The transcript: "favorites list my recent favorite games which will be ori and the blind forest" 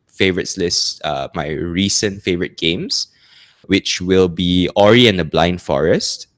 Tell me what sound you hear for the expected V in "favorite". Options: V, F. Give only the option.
V